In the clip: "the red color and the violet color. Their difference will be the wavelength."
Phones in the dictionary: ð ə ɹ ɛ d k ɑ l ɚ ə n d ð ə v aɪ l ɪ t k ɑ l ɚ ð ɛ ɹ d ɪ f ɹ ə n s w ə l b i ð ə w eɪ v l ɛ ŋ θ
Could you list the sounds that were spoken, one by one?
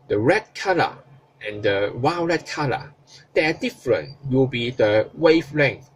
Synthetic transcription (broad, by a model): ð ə ɹ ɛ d k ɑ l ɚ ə n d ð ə w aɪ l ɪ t k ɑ l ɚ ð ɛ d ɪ f ɹ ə n w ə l b i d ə w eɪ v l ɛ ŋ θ